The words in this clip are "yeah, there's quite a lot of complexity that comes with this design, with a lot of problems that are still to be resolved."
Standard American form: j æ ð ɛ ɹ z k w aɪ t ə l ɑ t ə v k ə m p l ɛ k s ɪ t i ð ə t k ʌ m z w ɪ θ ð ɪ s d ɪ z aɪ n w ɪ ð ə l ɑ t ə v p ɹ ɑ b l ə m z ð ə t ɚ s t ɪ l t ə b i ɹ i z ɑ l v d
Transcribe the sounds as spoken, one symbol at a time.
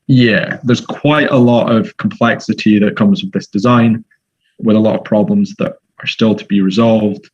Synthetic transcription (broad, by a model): j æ ð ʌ ɹ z k w aɪ t ə l ɑ t ə v k ə m p l ɛ k s ɪ t i ð ə t k ʌ m z w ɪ ð ɪ s d ɪ z aɪ n w ɪ ð ə l ɑ t ə v p ɹ ɑ b l ə m z ð ə t ɚ s t ɪ l t ə b i ɹ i z ɑ l v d